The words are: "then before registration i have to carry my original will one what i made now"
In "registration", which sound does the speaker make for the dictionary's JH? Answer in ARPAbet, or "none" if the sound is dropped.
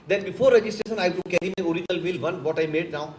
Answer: JH